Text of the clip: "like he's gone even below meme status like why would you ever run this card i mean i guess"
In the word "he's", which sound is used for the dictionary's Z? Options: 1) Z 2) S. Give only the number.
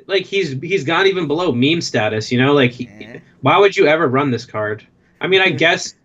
1